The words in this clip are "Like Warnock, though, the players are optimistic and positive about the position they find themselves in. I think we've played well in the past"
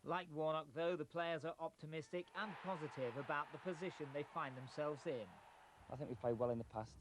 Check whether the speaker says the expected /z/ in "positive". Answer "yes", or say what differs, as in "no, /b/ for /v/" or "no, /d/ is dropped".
yes